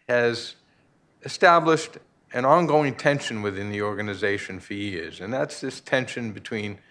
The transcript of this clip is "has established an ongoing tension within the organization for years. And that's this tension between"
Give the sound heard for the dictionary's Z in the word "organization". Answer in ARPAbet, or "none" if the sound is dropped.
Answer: Z